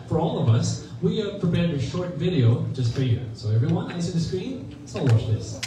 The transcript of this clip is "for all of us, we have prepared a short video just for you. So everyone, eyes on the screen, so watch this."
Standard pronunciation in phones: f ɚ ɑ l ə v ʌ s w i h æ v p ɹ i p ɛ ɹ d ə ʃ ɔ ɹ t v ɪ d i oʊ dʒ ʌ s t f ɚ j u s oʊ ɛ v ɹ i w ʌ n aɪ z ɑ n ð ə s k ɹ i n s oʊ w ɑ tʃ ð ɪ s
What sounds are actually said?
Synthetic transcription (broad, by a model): f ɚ ɑ l ə v ʌ s w i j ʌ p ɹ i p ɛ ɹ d ə ʃ ɔ ɹ t v ɪ d i oʊ dʒ ʌ s t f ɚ j u s oʊ ɛ v ɹ i w ʌ n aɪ s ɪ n ð ə s k ɹ i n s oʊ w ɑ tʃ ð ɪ s